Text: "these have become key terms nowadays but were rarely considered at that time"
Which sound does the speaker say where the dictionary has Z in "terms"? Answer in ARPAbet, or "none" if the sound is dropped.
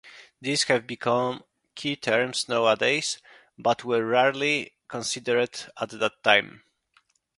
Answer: S